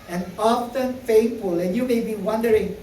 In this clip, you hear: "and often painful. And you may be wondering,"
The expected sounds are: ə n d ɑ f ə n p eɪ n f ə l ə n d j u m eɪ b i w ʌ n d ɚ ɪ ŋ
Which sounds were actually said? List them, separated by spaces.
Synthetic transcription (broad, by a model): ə n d ɑ f ə n f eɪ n f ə l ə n j u m eɪ b i w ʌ n d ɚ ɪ ŋ